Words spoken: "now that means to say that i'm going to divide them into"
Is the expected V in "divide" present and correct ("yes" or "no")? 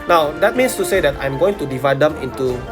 yes